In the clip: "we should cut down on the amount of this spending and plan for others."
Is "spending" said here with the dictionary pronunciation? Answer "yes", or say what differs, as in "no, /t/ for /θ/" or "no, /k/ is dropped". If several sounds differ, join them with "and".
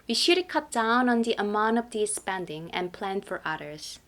yes